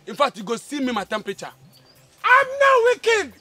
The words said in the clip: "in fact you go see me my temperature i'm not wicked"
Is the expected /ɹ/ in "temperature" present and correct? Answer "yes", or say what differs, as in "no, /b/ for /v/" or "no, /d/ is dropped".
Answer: no, /ɹ/ is dropped